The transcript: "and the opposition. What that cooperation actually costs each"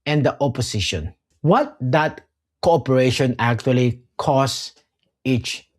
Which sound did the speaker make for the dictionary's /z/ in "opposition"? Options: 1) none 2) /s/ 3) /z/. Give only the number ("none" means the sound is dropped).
2